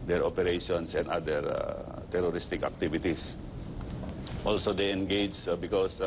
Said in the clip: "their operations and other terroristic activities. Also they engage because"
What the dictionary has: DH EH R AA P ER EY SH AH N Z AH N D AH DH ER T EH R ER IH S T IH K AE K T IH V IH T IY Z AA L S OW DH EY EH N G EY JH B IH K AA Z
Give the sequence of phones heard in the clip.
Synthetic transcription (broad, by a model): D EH R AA P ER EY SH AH N S AH N D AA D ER T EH R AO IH S T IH K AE K T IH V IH T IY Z AA L S OW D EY EH N G EY JH B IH K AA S